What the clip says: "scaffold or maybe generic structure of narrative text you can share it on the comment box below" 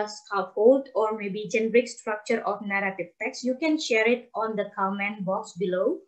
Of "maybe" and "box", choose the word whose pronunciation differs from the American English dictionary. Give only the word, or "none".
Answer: none